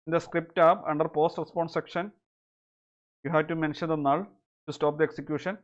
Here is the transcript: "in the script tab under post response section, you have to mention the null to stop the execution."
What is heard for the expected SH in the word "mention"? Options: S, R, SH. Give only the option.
SH